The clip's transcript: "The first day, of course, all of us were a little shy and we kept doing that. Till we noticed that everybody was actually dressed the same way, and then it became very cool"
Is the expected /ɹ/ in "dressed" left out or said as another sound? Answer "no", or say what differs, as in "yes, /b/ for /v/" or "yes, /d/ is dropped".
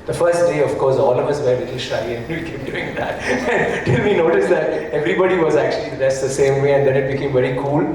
yes, /ɹ/ is dropped